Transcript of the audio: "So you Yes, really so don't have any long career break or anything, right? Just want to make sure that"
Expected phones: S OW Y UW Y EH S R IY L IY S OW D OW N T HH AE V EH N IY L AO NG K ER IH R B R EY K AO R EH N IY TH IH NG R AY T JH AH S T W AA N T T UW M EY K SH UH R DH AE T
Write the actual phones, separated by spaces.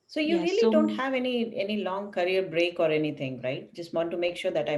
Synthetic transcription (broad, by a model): S OW Y UW R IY IY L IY D OW N T HH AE V EH N IY L AO NG K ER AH R B R EY K AO R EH N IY T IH NG R AY T JH AH S T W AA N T T UW M EY K SH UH R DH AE T